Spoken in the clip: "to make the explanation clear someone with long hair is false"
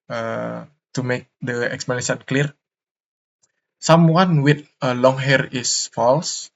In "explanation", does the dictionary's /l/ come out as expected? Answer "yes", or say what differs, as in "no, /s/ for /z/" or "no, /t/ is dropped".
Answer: no, /l/ is dropped